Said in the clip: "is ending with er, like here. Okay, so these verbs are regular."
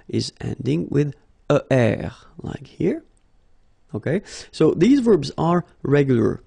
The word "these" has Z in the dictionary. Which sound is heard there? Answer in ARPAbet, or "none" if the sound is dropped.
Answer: Z